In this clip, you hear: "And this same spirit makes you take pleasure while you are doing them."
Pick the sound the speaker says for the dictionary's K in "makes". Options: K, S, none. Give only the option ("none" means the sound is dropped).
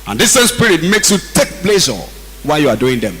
K